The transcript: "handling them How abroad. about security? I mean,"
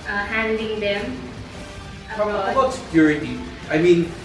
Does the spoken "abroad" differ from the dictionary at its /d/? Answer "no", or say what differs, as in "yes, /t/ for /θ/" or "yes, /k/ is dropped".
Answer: yes, /d/ is dropped